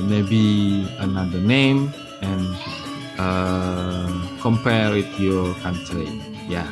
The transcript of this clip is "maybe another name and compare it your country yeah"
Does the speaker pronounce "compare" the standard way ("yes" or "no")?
no